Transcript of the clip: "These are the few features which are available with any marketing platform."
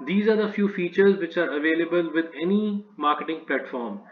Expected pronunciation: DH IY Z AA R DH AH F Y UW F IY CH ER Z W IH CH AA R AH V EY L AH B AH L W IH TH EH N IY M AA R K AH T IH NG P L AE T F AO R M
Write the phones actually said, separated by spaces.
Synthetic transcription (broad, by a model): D IY Z AA R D AH F Y UW F IY CH ER Z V IH CH AA R AH V EY L AH B AH L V IH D EH N IY M AA R K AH T IH NG P L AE T F AO R M